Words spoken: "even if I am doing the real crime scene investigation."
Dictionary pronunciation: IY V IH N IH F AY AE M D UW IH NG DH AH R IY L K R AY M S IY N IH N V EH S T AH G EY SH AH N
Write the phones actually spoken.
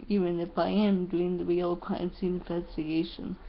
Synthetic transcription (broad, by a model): IY V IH N IH F AY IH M D UW IH NG DH AH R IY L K L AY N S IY IH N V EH S T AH G EY SH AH N